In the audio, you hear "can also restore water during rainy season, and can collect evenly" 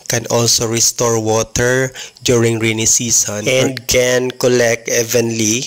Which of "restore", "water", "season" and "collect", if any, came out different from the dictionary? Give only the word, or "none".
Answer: season